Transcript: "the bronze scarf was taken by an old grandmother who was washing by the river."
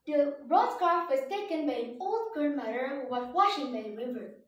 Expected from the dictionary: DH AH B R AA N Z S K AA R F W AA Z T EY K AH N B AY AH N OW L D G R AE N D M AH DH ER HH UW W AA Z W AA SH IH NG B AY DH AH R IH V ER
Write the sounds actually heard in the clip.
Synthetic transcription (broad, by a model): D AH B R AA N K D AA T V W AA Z T EY K AH N B AY AH N OW L D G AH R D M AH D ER HH UW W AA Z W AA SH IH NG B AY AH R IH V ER